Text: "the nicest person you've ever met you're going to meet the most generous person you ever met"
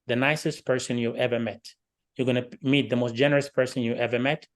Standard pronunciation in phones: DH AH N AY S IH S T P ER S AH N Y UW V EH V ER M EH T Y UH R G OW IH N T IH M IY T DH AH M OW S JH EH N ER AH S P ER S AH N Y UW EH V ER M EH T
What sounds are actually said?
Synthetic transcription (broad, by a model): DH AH N AY S IH S T P ER S AH N Y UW EH V ER M EH T Y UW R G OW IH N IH M IY T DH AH M OW S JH EH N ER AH S P ER S AH N Y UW EH V ER M EH T